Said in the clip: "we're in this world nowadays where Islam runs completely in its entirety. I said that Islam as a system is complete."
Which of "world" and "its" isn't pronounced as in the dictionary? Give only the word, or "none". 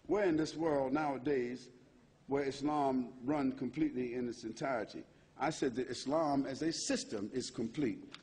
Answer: none